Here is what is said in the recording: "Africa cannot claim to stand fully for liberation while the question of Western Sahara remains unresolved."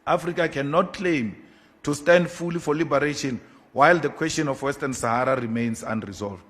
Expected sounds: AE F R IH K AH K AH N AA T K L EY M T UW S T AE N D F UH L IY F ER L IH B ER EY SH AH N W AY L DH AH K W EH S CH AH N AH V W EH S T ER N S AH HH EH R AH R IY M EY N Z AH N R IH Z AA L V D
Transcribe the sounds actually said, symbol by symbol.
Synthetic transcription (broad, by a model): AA F R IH K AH K AH N AA T K L EY M T UW S T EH N D F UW L IY F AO L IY B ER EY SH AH N W AY L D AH K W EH S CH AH N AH F W EH S T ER N S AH HH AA R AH R IY M EY N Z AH N R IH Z AA L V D